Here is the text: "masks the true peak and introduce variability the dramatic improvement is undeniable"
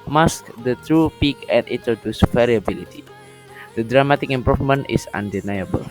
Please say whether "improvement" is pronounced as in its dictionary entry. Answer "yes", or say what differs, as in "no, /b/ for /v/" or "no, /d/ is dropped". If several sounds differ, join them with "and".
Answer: no, /f/ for /v/